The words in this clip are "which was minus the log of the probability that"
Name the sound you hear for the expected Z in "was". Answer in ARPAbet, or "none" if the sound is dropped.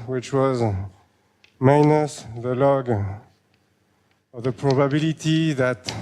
Z